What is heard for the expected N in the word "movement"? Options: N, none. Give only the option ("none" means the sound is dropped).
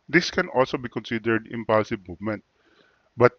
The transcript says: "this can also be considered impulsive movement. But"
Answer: N